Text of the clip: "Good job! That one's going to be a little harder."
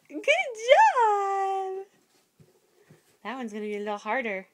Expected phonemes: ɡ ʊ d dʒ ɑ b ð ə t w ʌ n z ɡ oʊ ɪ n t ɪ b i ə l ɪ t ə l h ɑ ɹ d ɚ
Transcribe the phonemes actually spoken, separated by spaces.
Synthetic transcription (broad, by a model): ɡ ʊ d dʒ ɑ b ð ə t w ʌ n z ɡ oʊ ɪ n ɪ b i ə l ɪ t l h ɑ ɹ d ɚ